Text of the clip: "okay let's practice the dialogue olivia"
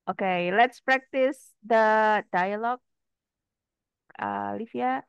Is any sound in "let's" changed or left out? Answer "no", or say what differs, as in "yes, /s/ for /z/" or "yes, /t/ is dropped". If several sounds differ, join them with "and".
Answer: no